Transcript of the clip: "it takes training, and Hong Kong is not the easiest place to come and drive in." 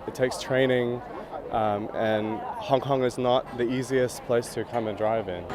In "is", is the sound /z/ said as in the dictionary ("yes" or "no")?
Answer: yes